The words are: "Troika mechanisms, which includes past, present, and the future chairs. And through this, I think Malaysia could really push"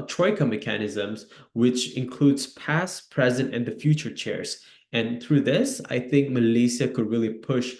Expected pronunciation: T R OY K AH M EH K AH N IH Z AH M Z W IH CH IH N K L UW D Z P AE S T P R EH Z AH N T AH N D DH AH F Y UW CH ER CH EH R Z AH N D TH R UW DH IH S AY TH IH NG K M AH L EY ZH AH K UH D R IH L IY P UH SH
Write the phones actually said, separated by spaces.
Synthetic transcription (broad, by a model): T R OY K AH M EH K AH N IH Z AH M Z W IH CH IH N K L UW D Z P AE S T P R EH Z AH N T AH N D DH AH F Y UW CH ER CH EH R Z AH N TH R UW DH IH S AY TH IH NG K M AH L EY S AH K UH D R IH L IY P UH SH